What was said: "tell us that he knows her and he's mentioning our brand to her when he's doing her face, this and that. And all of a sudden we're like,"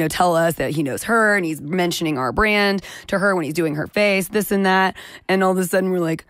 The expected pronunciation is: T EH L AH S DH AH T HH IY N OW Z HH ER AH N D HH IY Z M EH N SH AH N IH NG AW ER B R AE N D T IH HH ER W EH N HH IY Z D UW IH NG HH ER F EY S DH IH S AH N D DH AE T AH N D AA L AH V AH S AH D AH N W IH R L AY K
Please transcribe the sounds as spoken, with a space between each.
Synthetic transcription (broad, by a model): T EH L AH S DH AH T HH IY N OW Z HH ER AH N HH IY Z M EH N SH AH N IH NG AW ER B R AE N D T IH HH ER W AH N HH IY Z D UW IH NG ER F EY S DH IH S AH N DH AE T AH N AA L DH AH S AH D N W IH R L AY K